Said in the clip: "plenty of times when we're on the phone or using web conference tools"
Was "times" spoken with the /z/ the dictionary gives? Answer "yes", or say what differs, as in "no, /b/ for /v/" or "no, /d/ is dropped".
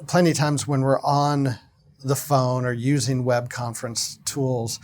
yes